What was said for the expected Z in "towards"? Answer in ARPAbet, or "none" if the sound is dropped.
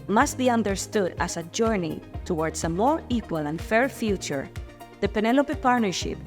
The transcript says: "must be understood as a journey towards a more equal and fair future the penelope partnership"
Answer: S